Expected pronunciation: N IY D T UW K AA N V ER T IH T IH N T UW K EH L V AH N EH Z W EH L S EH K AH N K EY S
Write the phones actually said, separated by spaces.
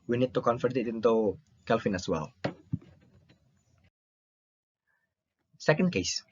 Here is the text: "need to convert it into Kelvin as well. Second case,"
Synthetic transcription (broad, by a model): N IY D T UW K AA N F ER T IH T IH N T UW K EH L F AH N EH S W EH L S EH K AH N K EY S